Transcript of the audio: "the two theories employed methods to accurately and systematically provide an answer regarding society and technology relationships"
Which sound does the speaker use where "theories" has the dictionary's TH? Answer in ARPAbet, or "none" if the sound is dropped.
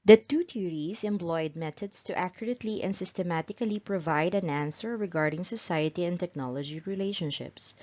T